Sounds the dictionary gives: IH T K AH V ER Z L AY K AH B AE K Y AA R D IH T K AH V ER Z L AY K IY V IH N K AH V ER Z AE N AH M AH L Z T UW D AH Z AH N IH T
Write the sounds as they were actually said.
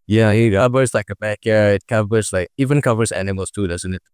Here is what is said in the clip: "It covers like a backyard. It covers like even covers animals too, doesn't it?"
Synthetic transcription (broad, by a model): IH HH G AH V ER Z L AY K AH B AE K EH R IH T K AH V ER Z L AY K IY V IH N K AH V ER Z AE N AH M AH L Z T UW D AH Z AH N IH T